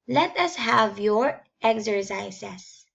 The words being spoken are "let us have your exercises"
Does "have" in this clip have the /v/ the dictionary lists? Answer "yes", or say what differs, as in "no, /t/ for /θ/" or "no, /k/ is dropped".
yes